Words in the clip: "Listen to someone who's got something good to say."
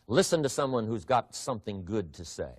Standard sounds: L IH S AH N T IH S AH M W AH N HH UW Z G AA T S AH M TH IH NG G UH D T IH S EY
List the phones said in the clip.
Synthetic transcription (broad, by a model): L IH S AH N T IH S AH M W AH N HH UW Z G AA T S AH M TH IH NG G UH D T IH S EY